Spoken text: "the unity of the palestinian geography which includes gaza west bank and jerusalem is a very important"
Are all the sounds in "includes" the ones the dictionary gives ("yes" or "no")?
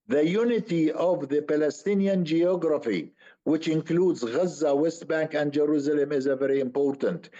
yes